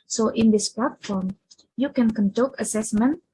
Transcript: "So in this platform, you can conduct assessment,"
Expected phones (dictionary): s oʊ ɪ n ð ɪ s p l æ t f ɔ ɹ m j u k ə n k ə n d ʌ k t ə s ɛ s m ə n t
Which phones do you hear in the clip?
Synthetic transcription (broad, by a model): s oʊ ɪ n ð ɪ s p l æ t f ɔ ɹ m j u k ə n k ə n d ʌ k ə s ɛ s m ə n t